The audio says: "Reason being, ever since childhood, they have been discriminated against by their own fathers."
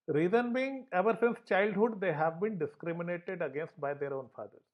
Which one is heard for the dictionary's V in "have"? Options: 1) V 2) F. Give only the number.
1